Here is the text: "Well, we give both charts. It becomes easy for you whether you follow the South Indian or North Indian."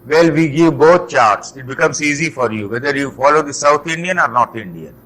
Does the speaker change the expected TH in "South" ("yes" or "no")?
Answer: yes